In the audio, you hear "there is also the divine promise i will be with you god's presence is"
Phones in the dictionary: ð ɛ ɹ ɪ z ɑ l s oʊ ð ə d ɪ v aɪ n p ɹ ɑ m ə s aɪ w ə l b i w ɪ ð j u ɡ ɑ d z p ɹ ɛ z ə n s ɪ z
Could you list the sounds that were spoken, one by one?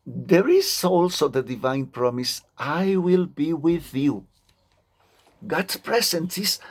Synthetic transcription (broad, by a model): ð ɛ ɹ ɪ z ɑ l s oʊ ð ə d ɪ v aɪ n p ɹ ɑ m ə s aɪ w ə l b i w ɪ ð j u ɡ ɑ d p ɹ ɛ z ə n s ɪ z